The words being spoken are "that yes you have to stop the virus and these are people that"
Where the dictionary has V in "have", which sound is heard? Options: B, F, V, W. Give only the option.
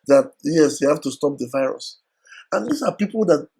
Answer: F